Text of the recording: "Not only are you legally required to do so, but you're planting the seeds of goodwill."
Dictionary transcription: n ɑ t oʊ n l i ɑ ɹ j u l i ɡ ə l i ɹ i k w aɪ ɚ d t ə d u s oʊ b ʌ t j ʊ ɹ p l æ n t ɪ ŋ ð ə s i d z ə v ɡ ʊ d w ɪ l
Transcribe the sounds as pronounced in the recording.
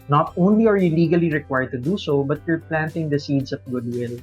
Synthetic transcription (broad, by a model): n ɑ t oʊ n l i ɑ ɹ j u l i ɡ ə l i ɹ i k w aɪ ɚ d t ə d u s oʊ b ʌ t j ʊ ɹ p l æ n t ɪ ŋ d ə s i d s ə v ɡ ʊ d w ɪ l